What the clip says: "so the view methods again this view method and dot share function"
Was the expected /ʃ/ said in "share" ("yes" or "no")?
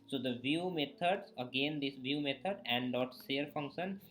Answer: no